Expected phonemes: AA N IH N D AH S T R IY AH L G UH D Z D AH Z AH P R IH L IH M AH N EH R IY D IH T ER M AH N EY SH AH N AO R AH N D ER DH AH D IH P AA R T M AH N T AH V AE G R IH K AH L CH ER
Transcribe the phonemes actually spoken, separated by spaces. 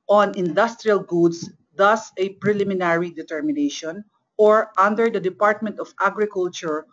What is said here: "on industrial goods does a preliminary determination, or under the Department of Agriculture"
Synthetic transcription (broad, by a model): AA N IH N D AH S T R IY AH L G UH D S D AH S AH P R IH L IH M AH N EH R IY D IH T ER M AH N EY SH AH N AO R AH N D ER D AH D IH P AA R T M AH N T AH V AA G R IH K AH L CH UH